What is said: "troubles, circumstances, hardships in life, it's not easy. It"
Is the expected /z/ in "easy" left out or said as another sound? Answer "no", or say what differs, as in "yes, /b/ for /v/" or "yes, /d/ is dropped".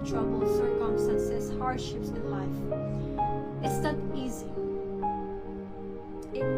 no